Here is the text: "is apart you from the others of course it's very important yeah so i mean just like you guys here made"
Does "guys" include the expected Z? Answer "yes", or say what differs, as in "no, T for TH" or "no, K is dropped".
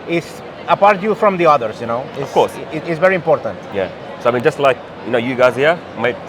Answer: yes